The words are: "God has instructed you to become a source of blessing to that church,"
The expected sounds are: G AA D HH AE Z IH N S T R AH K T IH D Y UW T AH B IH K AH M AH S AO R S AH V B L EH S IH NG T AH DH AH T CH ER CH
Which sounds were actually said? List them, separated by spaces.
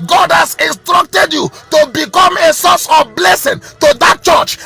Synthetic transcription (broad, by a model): G AA D HH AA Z IH N S T R AH K T IH D Y UW T AH B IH K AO M AH S AO S AH V B L EH S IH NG T AH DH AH T CH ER CH